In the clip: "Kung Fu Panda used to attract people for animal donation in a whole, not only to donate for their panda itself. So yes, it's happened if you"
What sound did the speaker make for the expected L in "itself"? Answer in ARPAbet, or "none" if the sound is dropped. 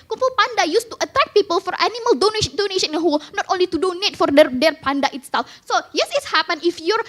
L